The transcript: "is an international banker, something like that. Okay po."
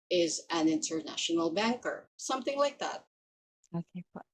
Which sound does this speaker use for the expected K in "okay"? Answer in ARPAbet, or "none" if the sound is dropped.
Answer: none